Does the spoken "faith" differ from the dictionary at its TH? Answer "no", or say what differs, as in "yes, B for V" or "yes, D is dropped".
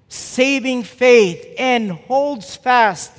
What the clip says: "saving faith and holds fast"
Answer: no